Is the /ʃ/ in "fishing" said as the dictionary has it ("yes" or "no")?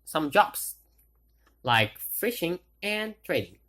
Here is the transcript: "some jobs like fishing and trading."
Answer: yes